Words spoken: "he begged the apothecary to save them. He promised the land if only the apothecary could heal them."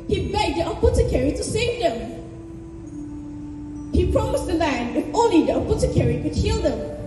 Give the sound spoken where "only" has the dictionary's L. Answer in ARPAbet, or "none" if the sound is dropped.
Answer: none